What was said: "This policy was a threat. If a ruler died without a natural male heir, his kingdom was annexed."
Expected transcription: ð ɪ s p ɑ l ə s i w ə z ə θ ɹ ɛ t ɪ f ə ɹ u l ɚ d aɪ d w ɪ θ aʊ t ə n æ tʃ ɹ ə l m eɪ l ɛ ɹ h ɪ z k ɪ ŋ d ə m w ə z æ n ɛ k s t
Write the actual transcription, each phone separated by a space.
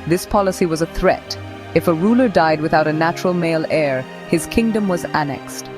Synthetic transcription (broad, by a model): ð ɪ s p ɑ l ə s i w ə z ə θ ɹ ɛ t ɪ f ə ɹ u l ɚ d aɪ d w ɪ θ aʊ t ə n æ tʃ ɹ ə l m eɪ l ɛ ɹ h ɪ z k ɪ ŋ d ə m w ə z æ n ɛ k s t